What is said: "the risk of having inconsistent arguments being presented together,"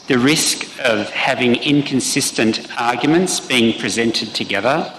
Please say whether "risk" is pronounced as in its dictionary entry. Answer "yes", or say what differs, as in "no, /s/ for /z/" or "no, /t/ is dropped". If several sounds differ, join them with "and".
yes